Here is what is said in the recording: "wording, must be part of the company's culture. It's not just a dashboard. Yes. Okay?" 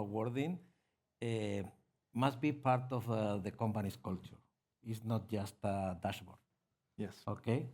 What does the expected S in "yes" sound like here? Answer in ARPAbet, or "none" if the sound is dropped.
S